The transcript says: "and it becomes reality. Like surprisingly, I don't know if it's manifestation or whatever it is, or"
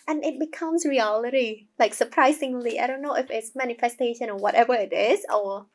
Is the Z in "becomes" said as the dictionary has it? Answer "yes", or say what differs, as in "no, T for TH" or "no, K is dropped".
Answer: no, S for Z